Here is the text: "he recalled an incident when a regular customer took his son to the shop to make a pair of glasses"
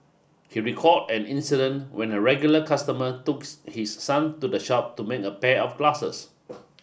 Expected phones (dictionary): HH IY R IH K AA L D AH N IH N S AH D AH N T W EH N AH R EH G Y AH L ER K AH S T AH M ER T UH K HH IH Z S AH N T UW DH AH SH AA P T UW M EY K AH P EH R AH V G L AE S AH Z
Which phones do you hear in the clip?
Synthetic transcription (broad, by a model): HH IY R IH K AA D AH N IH N S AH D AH N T W EH N AH R EH G Y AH L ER K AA S T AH M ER T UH K HH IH S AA N T UW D AH SH AA P T UW M EY K AH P EH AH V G L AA S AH S